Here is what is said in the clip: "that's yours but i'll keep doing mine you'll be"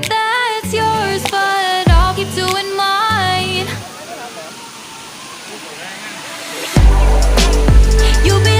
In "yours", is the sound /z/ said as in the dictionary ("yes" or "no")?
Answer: yes